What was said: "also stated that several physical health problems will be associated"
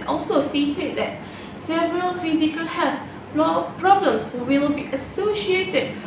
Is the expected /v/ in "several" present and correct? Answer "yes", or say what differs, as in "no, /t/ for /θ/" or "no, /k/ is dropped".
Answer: yes